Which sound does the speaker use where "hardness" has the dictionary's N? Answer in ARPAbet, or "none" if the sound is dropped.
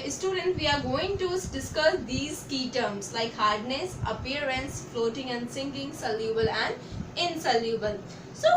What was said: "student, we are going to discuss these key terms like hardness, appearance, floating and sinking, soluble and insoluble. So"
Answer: N